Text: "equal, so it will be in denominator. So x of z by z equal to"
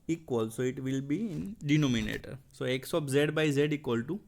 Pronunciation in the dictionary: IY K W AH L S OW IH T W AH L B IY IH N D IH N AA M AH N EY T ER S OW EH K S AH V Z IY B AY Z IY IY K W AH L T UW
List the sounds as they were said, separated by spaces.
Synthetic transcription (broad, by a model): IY K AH L S OW IH T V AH L B IY IH N D IH N AA M AH N EY T ER S OW EH K S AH P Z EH B AY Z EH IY K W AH L T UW